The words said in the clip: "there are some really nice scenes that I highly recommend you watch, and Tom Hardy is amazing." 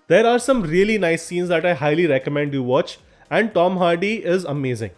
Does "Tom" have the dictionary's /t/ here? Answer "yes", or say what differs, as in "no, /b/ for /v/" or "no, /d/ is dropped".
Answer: yes